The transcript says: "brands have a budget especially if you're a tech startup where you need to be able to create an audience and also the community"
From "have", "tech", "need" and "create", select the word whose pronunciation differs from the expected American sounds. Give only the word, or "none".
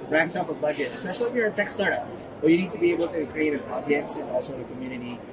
have